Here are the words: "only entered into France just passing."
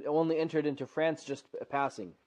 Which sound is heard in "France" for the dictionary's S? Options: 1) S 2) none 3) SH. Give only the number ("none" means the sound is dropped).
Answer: 1